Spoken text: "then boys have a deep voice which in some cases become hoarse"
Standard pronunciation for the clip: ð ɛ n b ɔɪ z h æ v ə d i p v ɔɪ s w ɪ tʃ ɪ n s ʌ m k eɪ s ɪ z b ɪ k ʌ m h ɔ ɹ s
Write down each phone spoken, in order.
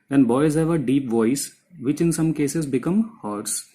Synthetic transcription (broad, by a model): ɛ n b ɔɪ z h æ v ə d i p v ɔɪ s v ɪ tʃ ɪ n s ʌ m k eɪ s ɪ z b ɪ k ʌ m h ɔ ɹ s